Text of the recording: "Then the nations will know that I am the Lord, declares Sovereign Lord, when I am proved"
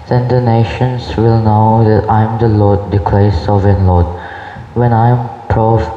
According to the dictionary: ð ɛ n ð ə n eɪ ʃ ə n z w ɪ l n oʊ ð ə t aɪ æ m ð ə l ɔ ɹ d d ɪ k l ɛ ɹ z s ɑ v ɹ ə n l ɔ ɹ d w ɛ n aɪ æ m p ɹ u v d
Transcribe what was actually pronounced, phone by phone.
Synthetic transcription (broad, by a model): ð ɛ n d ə n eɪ ʃ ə n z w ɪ l n oʊ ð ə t aɪ m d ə l ɔ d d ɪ k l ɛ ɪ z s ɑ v ə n l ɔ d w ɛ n aɪ m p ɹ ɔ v